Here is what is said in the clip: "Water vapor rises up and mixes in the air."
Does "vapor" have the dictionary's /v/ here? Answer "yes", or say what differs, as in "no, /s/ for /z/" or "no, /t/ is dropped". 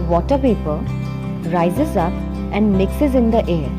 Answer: no, /p/ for /v/